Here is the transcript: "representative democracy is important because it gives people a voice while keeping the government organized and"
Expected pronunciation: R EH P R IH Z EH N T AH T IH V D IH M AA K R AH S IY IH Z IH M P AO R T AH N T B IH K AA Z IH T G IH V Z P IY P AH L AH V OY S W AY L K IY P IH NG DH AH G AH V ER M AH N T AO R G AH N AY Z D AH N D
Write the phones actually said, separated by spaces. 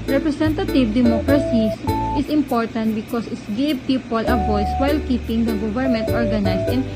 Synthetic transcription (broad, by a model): R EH P R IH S EH N T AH T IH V D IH M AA K R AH S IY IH S IH M P AO R T AH N T B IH K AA S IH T G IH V P IY P AH L AH V OY S W AY L K IY P IH NG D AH G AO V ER M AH N T AO R G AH N AY S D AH N